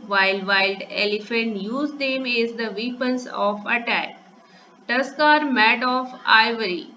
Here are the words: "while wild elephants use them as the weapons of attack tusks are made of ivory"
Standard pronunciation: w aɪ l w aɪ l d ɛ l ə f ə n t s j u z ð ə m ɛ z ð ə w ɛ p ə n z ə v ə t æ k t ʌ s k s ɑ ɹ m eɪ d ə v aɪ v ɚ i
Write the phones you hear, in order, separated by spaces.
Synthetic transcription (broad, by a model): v aɪ l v aɪ l d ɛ l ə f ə n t j u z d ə m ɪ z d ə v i p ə n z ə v ə t æ k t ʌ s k ɑ ɹ m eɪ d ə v aɪ v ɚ i